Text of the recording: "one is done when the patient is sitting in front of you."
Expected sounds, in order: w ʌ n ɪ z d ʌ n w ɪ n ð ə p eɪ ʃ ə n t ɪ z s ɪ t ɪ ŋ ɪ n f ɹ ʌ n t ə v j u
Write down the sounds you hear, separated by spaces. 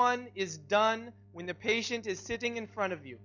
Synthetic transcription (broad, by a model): ʌ n ɪ z d ʌ n w ɪ n ð ə p eɪ ʃ ə n t ɪ z s ɪ t ɪ ŋ ɪ n f ɹ ʌ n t ə v j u